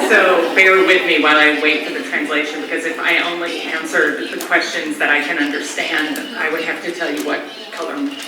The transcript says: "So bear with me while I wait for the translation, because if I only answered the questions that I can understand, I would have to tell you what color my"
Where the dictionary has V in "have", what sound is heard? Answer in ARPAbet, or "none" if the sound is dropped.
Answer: F